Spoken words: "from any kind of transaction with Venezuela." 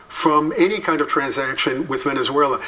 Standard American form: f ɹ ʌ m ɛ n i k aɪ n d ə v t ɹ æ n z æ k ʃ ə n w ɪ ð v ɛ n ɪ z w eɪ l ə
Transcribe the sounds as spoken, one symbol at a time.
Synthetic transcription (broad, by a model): f ɹ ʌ m ɛ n i k aɪ n d ə v t ɹ æ n z æ k ʃ ə n w ɪ ð v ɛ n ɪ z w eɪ l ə